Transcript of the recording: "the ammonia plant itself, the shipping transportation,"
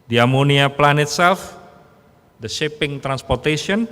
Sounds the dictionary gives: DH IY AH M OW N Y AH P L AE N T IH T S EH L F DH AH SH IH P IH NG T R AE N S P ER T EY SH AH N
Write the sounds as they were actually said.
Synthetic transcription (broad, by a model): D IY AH M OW N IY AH P L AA N IH T S EH L F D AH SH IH P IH NG T R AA N S P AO T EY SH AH N